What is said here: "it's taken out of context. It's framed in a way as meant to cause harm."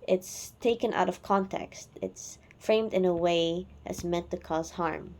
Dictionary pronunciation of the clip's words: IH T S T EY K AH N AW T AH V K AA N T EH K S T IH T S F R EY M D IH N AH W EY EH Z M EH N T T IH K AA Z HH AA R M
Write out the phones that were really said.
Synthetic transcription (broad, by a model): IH T S T EY K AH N AW T AH V K AA N T EH K S T IH T S F R EY M D IH N AH W EY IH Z M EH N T T IH K AA Z HH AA R M